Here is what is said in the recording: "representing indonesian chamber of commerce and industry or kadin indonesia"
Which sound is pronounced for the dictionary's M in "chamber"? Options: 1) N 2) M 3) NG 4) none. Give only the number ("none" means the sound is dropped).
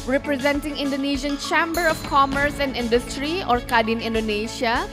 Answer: 2